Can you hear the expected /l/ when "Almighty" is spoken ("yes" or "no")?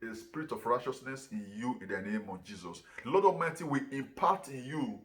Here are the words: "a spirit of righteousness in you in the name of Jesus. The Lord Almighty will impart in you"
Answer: no